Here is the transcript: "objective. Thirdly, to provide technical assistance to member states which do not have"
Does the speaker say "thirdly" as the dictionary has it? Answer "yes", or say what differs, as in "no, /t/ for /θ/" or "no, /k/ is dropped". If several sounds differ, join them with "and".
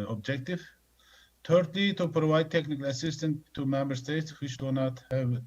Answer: no, /t/ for /θ/